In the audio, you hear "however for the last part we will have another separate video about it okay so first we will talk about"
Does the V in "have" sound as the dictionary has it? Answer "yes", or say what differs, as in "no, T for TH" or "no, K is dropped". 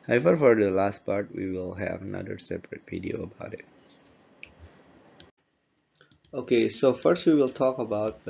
yes